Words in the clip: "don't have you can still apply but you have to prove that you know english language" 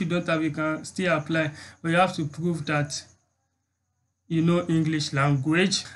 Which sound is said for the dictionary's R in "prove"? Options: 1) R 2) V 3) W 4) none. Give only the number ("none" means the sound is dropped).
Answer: 1